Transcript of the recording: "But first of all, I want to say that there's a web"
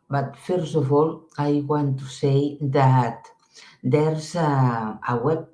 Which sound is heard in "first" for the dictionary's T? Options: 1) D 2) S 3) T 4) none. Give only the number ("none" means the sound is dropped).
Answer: 4